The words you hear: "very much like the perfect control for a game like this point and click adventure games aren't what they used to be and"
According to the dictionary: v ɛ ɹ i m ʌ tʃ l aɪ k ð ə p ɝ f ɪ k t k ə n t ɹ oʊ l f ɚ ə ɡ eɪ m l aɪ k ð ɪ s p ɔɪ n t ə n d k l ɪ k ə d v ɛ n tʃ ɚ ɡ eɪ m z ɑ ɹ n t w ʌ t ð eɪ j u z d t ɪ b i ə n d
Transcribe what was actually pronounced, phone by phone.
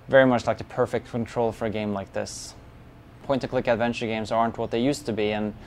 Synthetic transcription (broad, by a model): v ɛ ɹ i m ʌ tʃ l aɪ k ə p ɝ f ɪ k t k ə n t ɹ oʊ l f ɚ ə ɡ eɪ m l aɪ k ð ɪ s p ɔɪ n t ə k l ɪ k ə d v ɛ n tʃ ɚ ɡ eɪ m z ɑ ɹ n t w ʌ t ð eɪ j u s t ɪ b i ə n